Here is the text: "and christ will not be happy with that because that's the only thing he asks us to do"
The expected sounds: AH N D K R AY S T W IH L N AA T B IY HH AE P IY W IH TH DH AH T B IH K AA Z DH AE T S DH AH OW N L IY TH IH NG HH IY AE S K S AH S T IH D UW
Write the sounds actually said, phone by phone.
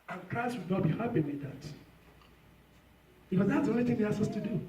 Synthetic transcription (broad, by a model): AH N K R AY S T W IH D N AA T B IY HH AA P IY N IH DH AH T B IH K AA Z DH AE T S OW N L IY TH IH NG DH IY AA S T AH S T IH D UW